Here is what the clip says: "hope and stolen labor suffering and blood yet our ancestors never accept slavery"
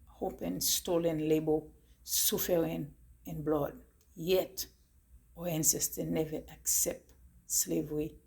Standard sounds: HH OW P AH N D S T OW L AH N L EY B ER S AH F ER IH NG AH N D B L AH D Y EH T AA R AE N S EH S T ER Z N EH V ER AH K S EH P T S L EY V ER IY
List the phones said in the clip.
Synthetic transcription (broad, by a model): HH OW P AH N S T OW L AH N L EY B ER S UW F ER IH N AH N B L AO D Y EH T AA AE N S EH S T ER N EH V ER AH K S EH P T S L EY V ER IY